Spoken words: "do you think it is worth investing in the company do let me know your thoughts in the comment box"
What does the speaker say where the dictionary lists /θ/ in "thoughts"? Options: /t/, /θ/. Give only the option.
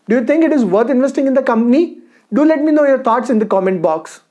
/t/